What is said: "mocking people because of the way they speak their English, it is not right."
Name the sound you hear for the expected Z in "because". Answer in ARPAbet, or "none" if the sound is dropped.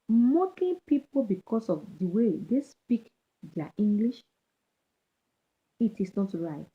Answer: S